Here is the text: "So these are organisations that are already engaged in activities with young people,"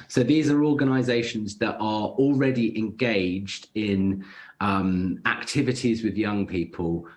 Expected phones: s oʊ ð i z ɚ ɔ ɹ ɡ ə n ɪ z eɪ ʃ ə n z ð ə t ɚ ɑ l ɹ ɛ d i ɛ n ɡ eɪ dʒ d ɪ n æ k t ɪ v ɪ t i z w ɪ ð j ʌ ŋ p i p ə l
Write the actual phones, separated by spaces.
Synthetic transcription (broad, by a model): s oʊ ð i z ɚ ɔ ɡ ə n ɪ z eɪ ʃ ə n z ð ə t ɚ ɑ l ɹ ɛ d i ɛ n ɡ eɪ dʒ d ɪ n æ k t ɪ v ɪ t i z w ɪ ð j ʌ ŋ p i p ə l